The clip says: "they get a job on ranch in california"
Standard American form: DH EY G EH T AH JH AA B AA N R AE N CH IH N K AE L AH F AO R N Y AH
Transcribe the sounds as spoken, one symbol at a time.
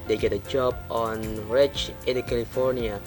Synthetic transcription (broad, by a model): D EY G EH T AH JH AA B AA N R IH CH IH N K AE L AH F AO R N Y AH